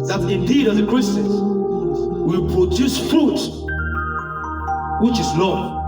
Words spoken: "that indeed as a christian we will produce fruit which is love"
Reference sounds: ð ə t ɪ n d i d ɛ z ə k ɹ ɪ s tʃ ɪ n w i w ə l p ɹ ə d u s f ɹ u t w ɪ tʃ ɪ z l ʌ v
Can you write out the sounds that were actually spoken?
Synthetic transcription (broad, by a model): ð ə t ɪ n d i d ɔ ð ə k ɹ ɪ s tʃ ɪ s w i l p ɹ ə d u s f ɹ u t w ɪ tʃ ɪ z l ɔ